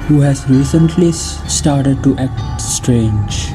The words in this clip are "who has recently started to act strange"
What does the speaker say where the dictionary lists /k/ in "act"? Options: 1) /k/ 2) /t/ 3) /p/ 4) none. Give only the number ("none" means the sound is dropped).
1